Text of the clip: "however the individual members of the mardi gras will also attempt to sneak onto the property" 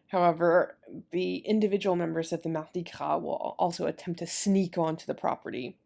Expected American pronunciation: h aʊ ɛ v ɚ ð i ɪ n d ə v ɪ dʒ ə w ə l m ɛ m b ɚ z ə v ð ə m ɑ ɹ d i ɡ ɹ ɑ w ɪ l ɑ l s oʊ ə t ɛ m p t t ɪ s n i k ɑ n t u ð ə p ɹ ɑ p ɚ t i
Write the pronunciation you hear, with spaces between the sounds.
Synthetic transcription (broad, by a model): h aʊ ɛ v ɚ ð i ɪ n d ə v ɪ dʒ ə w l m ɛ m b ɚ z ə v ð ə m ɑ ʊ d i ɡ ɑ w ɪ l ɑ l s oʊ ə t ɛ m p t t ɪ s n i k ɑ n t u ð ə p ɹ ɑ p ɚ t i